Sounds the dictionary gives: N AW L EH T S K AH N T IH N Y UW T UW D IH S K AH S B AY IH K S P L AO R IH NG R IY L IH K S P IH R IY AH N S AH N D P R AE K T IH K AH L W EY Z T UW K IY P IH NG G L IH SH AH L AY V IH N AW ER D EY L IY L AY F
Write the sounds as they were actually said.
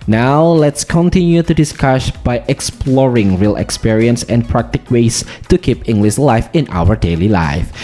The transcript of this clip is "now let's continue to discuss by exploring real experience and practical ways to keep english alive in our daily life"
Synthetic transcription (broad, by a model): N AW L EH T S K AH N T IH N Y UW T UW D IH S K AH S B AY IH K S P L AO R IH NG R IY L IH K S P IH R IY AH N S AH N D P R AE K T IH K W EY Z T UW K IY P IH NG G L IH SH L AY F IH N AW ER D EY L IY L AY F